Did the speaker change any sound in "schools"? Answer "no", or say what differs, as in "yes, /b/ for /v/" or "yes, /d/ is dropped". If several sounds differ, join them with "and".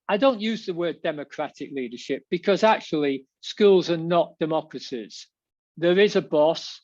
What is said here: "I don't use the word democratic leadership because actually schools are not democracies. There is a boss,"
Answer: no